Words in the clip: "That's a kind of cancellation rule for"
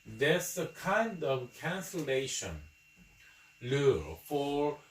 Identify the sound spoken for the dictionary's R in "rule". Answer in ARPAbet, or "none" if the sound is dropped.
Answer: L